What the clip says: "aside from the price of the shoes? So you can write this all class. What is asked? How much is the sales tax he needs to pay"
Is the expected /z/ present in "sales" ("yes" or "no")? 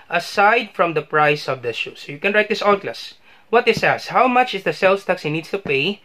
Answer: no